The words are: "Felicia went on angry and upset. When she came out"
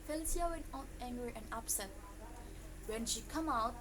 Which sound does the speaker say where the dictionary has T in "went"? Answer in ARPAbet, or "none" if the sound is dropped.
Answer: none